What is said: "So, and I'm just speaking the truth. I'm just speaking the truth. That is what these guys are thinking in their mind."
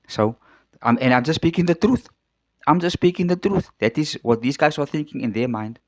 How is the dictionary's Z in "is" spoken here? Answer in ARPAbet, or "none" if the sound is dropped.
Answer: Z